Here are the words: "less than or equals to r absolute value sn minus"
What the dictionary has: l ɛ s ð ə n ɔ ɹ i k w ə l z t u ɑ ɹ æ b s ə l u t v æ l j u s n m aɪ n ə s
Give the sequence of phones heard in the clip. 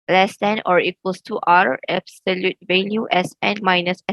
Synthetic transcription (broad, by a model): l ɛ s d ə n ɔ ɹ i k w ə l s t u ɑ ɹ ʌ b s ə l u t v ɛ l j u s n m aɪ n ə s